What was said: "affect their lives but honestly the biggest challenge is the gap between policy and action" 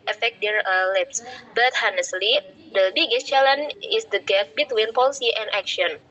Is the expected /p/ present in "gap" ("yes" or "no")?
no